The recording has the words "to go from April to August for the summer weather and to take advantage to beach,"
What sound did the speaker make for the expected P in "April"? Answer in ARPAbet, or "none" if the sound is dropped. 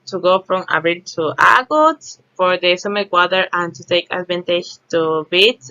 B